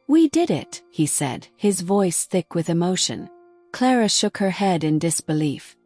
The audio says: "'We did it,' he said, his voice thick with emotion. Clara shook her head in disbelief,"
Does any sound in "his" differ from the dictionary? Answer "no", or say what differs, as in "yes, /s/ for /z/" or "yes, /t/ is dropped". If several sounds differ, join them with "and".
no